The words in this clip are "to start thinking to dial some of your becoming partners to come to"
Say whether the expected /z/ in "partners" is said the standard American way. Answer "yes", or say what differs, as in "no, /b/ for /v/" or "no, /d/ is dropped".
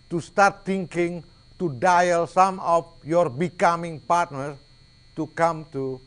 no, /z/ is dropped